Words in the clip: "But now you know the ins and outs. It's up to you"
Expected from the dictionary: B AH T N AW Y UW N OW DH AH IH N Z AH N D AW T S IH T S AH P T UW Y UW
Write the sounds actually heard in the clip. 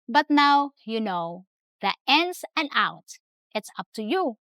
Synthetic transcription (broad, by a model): B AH T N AW Y UW N OW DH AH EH N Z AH N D AW T IH T S AH P T UW Y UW